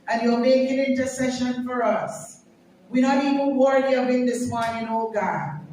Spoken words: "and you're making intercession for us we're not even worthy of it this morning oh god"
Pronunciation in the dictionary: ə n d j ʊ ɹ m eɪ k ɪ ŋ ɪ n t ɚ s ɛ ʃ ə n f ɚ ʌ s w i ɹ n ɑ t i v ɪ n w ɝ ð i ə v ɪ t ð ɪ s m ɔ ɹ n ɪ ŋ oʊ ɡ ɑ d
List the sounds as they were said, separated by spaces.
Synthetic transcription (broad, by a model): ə n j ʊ l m eɪ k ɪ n ɪ n t ɚ s ɛ ʃ ə n f ɚ ʌ s w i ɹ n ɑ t i v ɪ n w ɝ i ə b ɪ t ð ɪ s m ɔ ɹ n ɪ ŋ oʊ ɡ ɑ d